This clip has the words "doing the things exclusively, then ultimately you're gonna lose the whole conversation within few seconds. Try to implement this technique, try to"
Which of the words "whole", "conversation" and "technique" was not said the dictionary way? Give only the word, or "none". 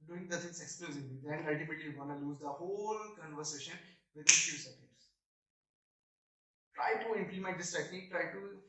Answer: none